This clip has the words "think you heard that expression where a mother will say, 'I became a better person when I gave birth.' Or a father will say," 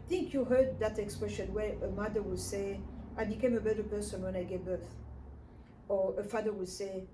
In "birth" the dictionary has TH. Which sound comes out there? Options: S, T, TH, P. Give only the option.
TH